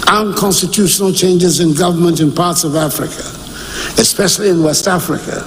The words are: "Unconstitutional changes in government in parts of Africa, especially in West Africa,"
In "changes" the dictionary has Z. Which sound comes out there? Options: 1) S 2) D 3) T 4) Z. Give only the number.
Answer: 4